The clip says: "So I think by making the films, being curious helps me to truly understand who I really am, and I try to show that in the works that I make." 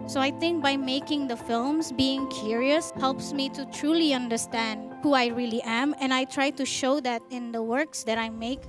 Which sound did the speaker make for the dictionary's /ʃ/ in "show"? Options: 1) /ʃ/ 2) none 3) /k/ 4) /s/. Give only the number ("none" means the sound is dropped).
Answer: 1